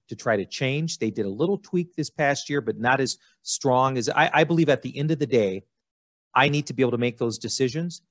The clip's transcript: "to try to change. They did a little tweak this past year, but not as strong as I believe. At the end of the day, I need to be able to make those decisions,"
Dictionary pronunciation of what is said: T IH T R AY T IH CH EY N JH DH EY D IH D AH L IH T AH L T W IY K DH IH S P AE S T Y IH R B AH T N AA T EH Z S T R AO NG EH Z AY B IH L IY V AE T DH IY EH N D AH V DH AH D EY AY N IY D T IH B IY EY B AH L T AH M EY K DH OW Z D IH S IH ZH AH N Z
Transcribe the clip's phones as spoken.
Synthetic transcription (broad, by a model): T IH T R AY T IH CH EY N JH DH EY D IH D AH L IH T L T W IY K DH IH S P AE S T Y IH R B AH T N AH T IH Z S T R AO NG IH Z AY B IH L IY V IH T DH IY EH N D AH V DH AH D EY AY N IY D T IH B IY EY AH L T AH M EY K DH OW Z D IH S IH ZH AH N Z